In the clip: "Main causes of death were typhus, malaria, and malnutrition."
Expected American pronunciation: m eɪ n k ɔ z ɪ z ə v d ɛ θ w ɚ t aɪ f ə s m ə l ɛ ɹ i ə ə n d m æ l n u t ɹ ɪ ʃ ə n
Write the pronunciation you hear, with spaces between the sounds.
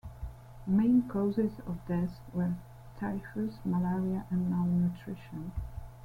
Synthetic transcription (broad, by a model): m eɪ n k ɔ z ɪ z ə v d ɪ s w ɚ t aɪ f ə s m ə l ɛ ɹ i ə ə n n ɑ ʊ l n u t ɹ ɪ ʃ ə n